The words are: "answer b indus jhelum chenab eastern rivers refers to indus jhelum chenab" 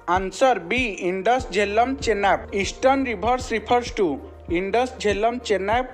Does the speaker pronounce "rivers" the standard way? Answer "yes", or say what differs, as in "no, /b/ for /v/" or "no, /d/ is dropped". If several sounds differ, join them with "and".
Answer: no, /b/ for /v/ and /s/ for /z/